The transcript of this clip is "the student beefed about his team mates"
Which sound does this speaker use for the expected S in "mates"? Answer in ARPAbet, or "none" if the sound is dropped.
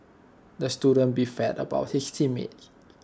none